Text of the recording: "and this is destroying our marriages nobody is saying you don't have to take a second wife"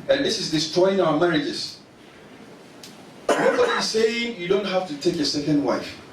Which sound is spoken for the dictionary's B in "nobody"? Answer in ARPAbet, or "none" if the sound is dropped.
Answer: none